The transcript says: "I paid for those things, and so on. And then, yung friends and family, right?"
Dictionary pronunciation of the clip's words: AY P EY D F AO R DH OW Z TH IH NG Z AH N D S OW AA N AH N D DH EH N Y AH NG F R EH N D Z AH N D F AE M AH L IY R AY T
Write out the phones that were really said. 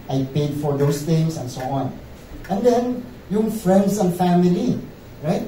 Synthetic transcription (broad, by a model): AY P EY D F AO R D OW S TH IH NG S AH N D S OW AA N AH N D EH N Y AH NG F R EH N D S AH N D F AE M AH L IY R AY T